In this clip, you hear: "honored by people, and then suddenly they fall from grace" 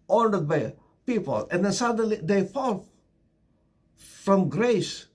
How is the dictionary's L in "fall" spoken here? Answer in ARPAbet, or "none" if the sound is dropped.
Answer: L